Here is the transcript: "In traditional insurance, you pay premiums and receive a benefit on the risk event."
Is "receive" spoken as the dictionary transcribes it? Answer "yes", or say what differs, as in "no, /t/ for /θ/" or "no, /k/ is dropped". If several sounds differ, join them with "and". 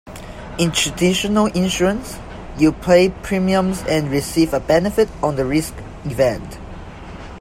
yes